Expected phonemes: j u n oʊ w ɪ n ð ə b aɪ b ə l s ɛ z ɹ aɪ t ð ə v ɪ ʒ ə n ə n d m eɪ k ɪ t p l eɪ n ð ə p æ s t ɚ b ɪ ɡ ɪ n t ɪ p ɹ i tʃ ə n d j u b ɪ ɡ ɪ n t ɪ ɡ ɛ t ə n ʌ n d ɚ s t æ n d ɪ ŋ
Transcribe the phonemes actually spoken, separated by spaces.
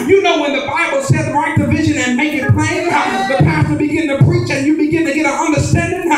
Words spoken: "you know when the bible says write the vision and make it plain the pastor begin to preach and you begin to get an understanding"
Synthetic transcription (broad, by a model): j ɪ n oʊ w ɪ n ð ə b aɪ b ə l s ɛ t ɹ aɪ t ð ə v ɪ ʒ ə n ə n m eɪ k ɪ t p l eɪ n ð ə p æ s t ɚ b ɪ ɡ ɪ n t ɪ p ɹ i tʃ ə n j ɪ b ɪ ɡ ɪ n t ɪ ɡ ɛ t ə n ʌ n d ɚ s t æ n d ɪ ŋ